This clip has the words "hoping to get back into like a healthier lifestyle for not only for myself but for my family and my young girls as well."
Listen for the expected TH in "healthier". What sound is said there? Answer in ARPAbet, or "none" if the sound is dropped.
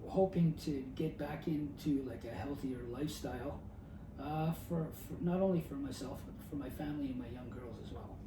TH